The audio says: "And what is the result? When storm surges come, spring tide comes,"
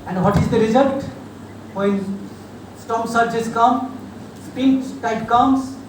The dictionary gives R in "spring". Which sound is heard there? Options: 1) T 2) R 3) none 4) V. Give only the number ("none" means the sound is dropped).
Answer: 3